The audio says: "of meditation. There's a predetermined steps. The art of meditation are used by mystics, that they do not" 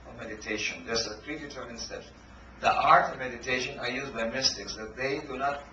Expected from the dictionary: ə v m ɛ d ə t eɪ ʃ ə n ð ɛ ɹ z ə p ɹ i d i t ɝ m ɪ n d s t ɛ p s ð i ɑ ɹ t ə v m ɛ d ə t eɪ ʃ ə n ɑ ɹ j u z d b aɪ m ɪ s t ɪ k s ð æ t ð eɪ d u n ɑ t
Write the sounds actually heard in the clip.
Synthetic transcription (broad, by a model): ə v m ɛ d ə t eɪ ʃ ə n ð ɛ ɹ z ə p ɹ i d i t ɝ ɪ n s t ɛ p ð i ɑ ɹ t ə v m ɛ d ə t eɪ ʃ ə n ɑ ɹ j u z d b aɪ m ɪ s t ɪ k s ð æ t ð eɪ d u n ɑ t